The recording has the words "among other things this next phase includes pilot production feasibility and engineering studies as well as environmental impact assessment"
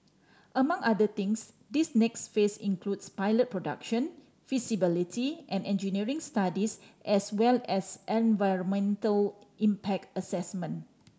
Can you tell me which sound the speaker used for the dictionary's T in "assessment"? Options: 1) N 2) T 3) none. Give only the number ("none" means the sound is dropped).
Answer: 3